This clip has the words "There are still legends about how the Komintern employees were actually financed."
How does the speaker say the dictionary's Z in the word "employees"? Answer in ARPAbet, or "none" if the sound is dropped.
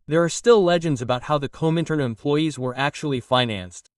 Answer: Z